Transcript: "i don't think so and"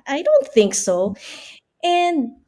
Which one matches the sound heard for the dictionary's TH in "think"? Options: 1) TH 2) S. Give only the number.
1